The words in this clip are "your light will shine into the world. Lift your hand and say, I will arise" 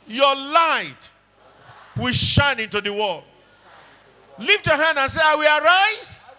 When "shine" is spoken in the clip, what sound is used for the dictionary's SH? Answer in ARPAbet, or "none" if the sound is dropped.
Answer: SH